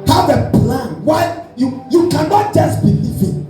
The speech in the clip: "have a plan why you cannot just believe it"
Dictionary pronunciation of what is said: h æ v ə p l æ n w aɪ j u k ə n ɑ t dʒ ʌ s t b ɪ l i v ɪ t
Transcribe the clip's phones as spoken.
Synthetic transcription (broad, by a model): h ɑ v ə p l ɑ n w aɪ j u k ə n ɑ t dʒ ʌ s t b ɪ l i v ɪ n